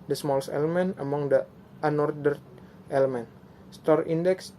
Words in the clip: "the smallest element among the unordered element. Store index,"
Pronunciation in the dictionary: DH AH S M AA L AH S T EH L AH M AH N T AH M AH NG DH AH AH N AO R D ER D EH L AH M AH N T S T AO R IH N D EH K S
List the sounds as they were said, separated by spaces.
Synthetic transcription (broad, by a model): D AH S M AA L S EH L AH M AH N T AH M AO NG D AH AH N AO R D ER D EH L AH M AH N S T AO R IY N D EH K S